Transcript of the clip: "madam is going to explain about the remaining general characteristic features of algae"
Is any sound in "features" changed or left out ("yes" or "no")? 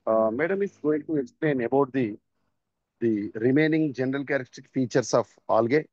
yes